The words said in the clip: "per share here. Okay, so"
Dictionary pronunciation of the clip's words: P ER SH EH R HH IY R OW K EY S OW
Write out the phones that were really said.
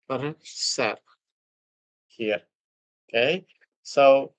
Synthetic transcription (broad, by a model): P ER S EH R HH IY R OW K EY S OW